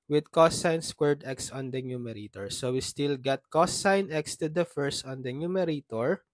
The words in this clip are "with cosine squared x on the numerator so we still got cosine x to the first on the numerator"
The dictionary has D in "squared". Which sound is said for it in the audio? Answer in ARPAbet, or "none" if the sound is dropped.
D